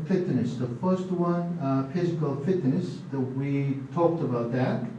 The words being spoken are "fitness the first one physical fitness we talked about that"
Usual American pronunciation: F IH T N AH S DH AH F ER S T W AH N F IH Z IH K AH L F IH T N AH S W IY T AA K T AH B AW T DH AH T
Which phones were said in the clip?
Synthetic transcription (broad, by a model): F IH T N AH S DH AH F ER S T W AH N F IH Z IH K AH L F IH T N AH S W IY T AA K T AH B AW T DH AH T